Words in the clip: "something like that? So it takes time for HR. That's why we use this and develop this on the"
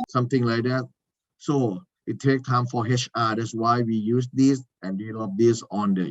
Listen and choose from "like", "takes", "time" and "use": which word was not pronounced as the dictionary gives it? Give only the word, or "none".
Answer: takes